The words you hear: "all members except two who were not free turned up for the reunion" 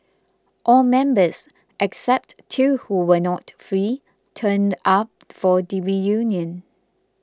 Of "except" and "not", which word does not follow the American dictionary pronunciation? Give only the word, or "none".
none